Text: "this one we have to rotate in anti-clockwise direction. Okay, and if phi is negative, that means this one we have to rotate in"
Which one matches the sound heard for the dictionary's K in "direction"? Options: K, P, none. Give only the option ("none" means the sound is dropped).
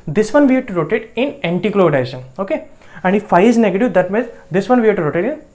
none